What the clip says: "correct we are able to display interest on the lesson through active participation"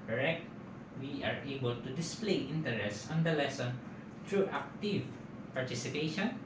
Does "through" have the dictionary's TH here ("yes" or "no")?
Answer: no